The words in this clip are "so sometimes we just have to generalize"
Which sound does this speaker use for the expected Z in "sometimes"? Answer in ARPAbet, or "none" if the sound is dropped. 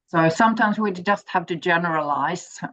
Z